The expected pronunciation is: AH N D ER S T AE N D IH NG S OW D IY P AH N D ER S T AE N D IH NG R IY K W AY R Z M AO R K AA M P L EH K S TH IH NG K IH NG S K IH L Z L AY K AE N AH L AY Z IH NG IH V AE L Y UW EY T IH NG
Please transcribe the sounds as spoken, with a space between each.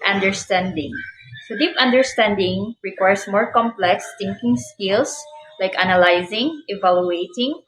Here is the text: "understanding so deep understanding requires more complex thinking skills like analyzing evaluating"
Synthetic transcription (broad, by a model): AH N D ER S T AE N D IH NG S OW D IY P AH N D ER S T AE N D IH NG R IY K W AY R S M AO R K AA M P L EH K S T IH NG K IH NG S K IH L S L AY K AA N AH L AY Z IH NG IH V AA L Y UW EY T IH NG